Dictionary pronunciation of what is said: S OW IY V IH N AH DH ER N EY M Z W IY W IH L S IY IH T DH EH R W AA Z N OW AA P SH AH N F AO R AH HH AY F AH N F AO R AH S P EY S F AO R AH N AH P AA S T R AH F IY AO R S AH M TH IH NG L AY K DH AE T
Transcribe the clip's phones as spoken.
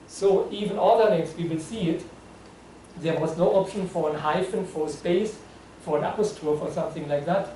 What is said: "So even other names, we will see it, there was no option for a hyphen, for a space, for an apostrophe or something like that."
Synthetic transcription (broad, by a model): S OW IY V IH N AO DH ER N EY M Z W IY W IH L S IY IH T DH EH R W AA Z N OW AA P SH AH N F AO R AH HH AY F AH N F AO R AH S P EY S F AO R AH N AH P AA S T AH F AO R S AH M TH IH NG L AY K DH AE T